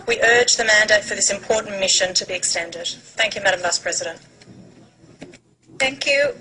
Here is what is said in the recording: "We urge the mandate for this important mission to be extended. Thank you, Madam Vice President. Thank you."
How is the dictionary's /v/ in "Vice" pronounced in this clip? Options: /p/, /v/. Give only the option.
/v/